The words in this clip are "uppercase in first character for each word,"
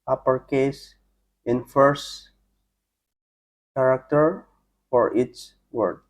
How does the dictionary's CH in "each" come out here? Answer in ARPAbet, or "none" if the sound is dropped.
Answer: S